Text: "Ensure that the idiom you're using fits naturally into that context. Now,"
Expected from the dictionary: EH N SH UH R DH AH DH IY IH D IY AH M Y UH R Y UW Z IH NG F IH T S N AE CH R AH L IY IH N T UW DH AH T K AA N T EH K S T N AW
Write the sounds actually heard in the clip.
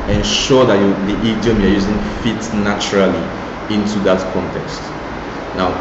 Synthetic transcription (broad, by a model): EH N SH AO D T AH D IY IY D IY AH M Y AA Y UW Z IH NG F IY T N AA CH R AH L IY IH N T UW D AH T K AA N T EH K S T N AW